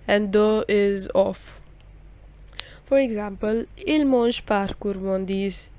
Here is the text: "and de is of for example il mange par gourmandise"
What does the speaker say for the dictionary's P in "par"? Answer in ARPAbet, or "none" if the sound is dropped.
P